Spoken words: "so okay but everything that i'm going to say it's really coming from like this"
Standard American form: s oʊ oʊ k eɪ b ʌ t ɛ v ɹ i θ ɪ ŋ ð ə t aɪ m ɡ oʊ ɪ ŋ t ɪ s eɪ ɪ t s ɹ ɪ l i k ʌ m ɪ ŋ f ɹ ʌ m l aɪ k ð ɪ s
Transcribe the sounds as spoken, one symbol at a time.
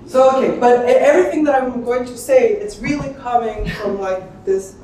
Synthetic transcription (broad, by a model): s oʊ oʊ k eɪ b ʌ t ɛ v ɹ i θ ɪ ŋ ð ə t aɪ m ɡ oʊ ɪ ŋ t ɪ s eɪ ɪ t s ɹ ɪ l i k ʌ m ɪ ŋ f ɹ ʌ m l aɪ k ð ɪ s